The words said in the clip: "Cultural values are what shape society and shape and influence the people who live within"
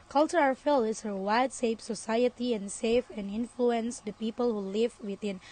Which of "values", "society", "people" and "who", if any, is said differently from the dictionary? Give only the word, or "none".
values